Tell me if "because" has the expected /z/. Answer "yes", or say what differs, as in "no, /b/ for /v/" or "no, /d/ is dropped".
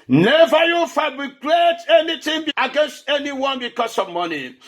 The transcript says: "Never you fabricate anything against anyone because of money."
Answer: no, /s/ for /z/